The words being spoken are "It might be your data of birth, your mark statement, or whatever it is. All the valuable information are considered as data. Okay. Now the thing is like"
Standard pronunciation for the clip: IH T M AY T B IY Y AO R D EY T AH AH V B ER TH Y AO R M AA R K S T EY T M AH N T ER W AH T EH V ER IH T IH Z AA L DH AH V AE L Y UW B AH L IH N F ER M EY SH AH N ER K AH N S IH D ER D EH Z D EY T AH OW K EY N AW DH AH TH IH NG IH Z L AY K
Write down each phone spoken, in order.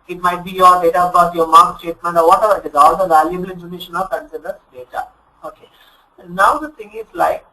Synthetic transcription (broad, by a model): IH T M AY T B IY Y AO R D EY T AH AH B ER T Y AO R M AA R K S T EY T M AH N T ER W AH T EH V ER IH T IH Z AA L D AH V AE L Y UW B AH L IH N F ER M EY SH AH N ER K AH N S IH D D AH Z D EY T AH OW K EY N AW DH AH T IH NG IH Z L AY K